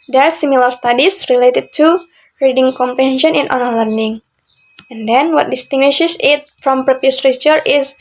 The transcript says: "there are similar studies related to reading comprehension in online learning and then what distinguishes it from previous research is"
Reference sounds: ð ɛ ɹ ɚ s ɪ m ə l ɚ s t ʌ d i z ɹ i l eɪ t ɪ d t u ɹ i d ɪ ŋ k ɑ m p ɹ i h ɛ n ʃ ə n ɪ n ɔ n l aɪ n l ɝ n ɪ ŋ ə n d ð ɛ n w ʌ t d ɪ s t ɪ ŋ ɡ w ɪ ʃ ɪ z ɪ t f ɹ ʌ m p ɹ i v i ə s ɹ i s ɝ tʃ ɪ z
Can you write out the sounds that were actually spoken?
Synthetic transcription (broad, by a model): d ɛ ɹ s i m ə l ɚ s t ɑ d i s ɹ i l eɪ t ɪ d t u ɹ i d ɪ ŋ k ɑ m p ɹ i h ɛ n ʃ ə n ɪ n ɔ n aɪ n l ɝ n ɪ ŋ ə n d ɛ n w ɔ t d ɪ s t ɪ ŋ ɡ w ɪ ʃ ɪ s ɪ t f ɹ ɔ m p ɹ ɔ p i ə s ɹ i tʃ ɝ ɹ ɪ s